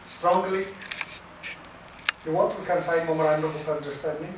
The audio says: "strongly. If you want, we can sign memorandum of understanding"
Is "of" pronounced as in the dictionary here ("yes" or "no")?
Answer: no